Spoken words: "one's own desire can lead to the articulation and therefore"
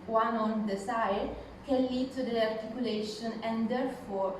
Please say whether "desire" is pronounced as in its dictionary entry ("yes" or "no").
no